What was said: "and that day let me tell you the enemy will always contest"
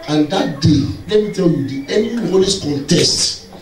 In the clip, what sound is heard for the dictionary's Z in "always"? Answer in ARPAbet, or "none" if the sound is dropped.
S